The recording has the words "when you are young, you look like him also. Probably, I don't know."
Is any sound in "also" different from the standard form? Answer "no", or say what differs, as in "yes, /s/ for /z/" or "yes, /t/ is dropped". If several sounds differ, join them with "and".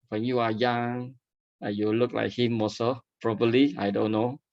yes, /l/ is dropped